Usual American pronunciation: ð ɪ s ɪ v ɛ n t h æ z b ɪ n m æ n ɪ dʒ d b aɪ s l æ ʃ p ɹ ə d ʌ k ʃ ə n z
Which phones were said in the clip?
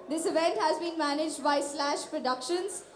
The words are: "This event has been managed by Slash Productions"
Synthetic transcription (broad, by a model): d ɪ s ɪ v ɛ n t h æ z b ɪ n m æ n ɪ dʒ d b aɪ s l æ ʃ p ɹ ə d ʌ k ʃ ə n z